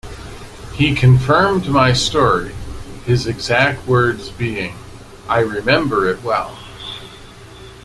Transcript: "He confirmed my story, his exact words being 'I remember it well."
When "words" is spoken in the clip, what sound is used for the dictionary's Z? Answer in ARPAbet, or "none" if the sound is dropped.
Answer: Z